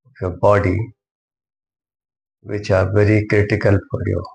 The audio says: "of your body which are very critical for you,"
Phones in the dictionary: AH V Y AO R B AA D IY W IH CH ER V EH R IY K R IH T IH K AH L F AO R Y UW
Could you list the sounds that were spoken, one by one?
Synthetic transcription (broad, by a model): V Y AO B AA D IY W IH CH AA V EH R IY K R IH T IH K AH L P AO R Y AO